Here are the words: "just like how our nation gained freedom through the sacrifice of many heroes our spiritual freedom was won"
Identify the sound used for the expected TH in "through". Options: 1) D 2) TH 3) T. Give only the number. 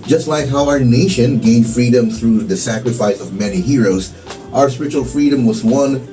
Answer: 2